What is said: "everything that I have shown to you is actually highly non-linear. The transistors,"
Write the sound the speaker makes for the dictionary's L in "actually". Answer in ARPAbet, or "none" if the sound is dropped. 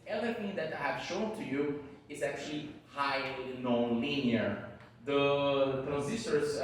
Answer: L